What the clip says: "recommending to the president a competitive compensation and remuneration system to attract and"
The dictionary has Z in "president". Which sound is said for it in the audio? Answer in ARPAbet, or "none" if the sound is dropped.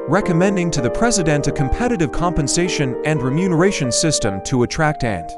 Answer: Z